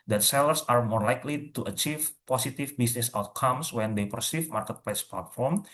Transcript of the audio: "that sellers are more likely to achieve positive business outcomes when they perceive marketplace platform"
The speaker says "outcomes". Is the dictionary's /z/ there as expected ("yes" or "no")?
no